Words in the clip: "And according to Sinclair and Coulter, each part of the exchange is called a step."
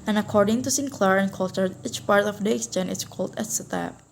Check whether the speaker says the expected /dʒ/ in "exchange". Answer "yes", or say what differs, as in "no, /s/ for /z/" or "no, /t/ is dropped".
no, /dʒ/ is dropped